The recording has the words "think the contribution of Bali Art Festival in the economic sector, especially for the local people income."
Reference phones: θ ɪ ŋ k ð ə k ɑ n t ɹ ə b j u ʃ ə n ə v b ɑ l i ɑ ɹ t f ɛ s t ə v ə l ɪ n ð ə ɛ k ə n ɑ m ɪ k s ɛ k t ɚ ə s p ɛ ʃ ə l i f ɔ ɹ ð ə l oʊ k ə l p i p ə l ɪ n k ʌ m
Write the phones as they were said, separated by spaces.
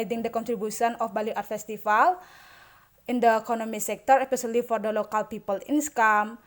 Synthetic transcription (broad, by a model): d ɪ ŋ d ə k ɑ n t ɹ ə b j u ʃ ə n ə f b ɑ l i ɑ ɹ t f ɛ s t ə f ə l ɪ n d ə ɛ k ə n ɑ m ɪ s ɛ k t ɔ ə p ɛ s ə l i f ɔ ɹ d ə l oʊ k ə l p i p ə l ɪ n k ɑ m